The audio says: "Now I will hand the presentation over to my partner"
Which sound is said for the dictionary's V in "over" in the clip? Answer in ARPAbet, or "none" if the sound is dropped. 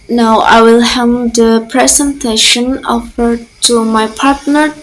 F